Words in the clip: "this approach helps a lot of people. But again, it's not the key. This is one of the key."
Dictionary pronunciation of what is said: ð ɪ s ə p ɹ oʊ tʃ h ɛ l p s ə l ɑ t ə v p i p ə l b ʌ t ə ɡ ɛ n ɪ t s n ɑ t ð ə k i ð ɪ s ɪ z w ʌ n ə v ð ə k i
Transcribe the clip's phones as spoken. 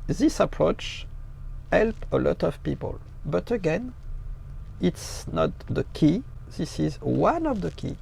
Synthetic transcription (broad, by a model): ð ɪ s ə p ɹ oʊ tʃ h ɛ l p ə l ɑ t ə v p i p ə l b ʌ t ə ɡ ɛ n ɪ t s n ɑ t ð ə k i ð ɪ s ɪ z w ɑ n ə v ð ə k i